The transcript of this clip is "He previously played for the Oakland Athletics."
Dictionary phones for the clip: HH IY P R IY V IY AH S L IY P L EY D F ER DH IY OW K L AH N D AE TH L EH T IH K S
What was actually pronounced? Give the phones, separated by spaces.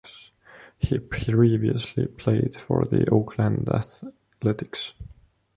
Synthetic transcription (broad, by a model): HH IY P R IY V IY AH S L IY P L EY D F ER DH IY OW K L AH N D AE TH L EH T IH K S